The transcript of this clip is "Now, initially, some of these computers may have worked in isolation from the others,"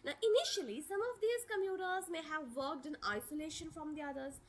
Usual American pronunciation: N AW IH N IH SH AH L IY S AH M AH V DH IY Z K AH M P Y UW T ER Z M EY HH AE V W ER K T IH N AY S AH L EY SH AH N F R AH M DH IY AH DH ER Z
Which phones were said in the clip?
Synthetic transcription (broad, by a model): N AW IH N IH SH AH L IY S AH M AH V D IY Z K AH M Y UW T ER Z M EY HH AE V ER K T IH N AY S AH L EY SH AH N F R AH M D IY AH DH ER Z